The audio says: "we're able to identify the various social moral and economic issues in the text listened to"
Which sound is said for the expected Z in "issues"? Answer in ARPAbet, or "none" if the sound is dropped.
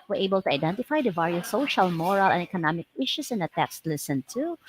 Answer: S